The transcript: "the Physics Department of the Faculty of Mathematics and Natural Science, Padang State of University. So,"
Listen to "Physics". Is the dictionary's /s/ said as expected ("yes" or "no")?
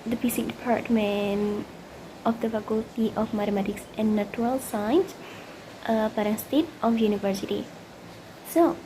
no